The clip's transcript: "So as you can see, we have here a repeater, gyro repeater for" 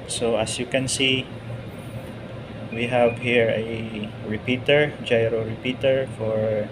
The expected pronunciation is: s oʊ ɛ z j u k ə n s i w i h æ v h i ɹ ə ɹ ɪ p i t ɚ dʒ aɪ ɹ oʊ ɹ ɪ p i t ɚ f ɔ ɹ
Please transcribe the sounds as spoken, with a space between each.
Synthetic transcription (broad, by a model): s oʊ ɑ s j u k ə n s i w i h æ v h i ɹ ə ɹ ɪ p i t ɚ dʒ aɪ ɹ oʊ ɹ ɪ p i t ɚ f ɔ ɹ